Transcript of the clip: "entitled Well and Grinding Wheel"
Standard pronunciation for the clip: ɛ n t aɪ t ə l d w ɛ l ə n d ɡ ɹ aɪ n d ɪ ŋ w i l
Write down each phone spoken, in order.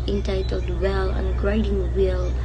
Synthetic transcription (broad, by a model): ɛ n t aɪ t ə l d w ɛ l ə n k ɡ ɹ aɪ d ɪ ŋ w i l